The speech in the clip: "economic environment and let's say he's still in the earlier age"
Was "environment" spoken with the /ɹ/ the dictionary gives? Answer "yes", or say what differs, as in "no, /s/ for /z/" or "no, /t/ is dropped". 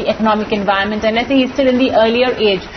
no, /ɹ/ is dropped